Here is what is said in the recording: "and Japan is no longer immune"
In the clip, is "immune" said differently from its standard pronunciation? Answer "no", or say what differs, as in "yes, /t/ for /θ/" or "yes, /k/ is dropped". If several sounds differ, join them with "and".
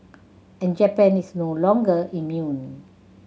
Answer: no